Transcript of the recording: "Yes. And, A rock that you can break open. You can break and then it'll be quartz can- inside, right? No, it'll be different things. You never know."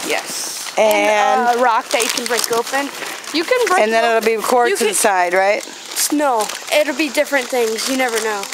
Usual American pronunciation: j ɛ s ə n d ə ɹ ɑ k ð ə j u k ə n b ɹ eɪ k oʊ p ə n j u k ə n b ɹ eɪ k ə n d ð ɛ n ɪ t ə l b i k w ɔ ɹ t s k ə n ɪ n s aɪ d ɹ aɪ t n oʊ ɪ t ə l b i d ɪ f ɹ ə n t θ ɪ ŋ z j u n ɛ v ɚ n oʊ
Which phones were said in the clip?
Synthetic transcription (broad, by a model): j ɛ s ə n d ə ɹ ɑ k ð ə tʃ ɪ k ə n b ɹ eɪ k oʊ p ə n j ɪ k ə n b ɹ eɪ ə n ð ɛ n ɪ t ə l b i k ɔ ɹ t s ɪ n s aɪ d ɹ aɪ t n oʊ ɪ t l b i d ɪ f ɹ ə n θ ɪ ŋ z j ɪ n ɛ v ɚ n oʊ